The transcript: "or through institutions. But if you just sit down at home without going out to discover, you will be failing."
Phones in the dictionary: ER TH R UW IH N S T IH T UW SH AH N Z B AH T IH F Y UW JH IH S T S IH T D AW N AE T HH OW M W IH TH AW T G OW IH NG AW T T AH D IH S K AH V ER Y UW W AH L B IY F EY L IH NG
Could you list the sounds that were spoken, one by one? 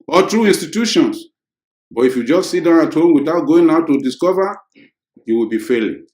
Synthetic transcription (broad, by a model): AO T R UW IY N S T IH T UW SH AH N S B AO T IH F Y UW JH IH S T S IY T D AW N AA T HH OW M W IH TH AW T G OW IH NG AW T T AH D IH S K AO V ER Y UW W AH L B IY F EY L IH